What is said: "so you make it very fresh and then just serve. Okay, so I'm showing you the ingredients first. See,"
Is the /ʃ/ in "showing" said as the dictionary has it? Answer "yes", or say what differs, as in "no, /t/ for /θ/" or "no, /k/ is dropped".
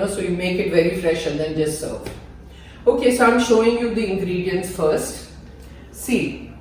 yes